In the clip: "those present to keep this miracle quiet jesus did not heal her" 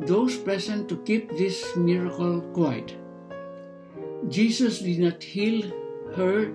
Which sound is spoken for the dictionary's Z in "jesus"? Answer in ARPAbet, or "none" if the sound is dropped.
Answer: S